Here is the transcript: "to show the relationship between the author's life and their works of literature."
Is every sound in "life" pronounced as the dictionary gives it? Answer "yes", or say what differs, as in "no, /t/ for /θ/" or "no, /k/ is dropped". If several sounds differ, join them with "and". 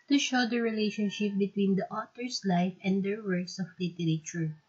yes